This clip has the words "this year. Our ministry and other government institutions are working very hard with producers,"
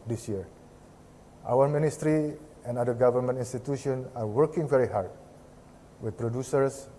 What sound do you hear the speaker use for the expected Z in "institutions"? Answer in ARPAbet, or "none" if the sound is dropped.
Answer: none